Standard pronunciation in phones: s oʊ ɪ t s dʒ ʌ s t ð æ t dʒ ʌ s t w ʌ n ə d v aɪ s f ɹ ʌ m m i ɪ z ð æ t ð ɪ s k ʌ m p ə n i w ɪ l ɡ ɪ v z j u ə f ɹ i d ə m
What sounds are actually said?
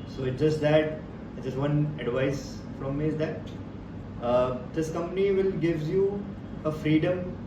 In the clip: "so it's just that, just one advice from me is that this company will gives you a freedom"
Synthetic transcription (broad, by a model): s oʊ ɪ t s dʒ ʌ s t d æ t dʒ ʌ s t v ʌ n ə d v aɪ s f ɹ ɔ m m i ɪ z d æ t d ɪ s k ʌ m p ə n i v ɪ l ɡ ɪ v j u ə f ɹ i d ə m